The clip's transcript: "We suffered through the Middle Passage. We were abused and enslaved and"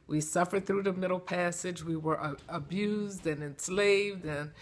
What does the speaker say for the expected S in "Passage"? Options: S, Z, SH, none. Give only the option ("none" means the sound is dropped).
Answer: S